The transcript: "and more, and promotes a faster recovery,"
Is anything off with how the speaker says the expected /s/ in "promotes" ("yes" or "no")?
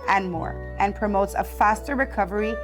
no